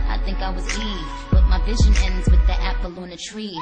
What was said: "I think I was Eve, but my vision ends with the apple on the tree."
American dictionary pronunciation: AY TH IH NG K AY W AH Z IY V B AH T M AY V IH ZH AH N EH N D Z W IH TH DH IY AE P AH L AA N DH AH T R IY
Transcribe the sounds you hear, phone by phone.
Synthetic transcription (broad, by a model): AY TH IH NG K AY W AH Z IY B AH T M AY V IH ZH AH N EH N D Z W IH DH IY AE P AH L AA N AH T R IY